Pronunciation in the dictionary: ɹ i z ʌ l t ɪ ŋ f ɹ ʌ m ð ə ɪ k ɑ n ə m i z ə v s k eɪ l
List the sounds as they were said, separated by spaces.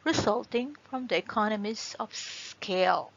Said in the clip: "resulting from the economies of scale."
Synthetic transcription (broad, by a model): ɹ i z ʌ l t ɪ ŋ f ɹ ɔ m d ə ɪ k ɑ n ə m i s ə f s k eɪ l